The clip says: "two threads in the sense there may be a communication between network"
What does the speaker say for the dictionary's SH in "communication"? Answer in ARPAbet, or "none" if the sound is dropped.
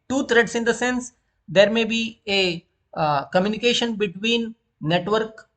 SH